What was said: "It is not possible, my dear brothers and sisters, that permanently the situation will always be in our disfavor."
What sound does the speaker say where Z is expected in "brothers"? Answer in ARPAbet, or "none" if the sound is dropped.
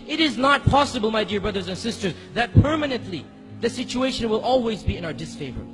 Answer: Z